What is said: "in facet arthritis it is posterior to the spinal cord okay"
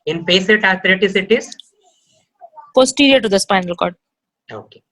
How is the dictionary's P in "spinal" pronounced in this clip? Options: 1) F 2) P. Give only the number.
2